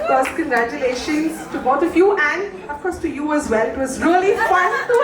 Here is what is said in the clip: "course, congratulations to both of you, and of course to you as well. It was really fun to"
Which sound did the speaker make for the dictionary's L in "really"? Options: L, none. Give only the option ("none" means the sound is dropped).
L